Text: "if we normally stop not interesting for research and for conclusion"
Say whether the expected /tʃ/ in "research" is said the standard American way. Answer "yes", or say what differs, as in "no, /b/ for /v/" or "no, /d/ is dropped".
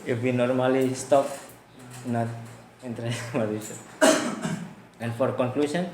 no, /tʃ/ is dropped